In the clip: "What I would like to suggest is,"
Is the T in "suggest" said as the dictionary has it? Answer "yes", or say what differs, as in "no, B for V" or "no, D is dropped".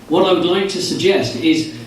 yes